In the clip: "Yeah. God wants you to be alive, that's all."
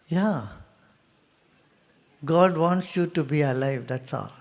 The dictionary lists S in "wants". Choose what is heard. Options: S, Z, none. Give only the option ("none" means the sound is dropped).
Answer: S